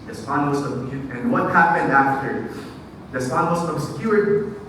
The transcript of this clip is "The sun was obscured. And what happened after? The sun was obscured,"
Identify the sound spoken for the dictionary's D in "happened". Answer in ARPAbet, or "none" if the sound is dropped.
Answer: D